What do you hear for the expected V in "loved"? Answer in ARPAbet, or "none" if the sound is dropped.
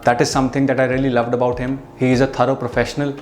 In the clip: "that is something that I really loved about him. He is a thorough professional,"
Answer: V